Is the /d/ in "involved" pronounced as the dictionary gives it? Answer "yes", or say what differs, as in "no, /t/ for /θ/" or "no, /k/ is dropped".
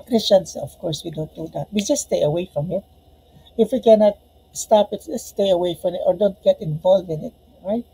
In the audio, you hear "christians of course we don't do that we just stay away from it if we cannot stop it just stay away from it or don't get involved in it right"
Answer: no, /d/ is dropped